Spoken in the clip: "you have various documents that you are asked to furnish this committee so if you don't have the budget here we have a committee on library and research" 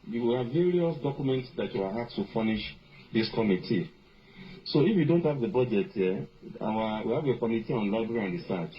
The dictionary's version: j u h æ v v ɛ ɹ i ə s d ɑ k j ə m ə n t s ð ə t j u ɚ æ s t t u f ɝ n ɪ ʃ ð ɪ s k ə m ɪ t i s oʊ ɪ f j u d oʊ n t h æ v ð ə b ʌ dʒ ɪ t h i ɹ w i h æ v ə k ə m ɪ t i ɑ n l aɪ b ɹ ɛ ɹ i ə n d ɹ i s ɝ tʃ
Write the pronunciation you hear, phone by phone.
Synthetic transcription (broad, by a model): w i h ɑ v v ɛ ɹ i ə s d ɑ k j ə m ə n t s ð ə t j u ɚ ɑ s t t u f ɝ n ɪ ʃ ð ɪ s k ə m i t i s oʊ ɪ f j u d oʊ n t h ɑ v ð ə b ʌ dʒ ɪ t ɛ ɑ w w i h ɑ v ə k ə m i t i ɑ n l aɪ b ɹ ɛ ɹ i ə n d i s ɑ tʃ